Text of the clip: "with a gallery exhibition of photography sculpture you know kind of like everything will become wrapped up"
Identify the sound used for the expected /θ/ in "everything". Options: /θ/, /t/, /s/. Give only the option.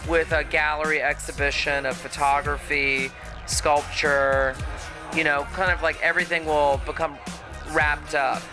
/θ/